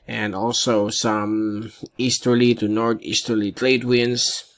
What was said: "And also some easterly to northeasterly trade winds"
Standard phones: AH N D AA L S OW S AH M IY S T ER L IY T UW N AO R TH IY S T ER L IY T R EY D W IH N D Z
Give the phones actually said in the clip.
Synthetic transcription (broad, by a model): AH N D AA L S OW S AH M IY S T ER L IY T UW N AO R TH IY S T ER L IY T L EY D W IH N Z